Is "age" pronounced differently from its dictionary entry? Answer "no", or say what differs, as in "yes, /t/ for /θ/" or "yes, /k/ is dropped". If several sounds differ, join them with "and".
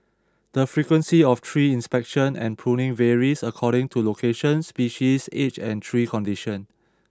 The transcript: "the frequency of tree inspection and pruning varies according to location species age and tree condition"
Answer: yes, /tʃ/ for /dʒ/